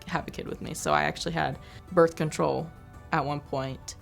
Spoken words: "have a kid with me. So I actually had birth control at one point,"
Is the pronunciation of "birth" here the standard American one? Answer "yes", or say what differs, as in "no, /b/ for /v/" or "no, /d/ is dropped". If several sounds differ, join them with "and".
yes